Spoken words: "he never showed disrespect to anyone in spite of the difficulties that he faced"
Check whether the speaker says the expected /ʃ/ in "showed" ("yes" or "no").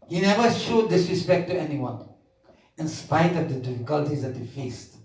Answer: yes